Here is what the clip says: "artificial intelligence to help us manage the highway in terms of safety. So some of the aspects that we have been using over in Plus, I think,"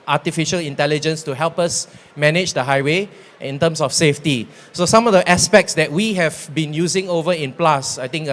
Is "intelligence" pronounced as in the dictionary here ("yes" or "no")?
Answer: yes